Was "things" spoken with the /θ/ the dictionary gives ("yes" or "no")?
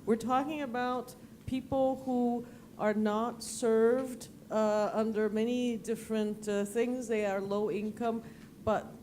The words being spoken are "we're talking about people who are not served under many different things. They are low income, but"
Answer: yes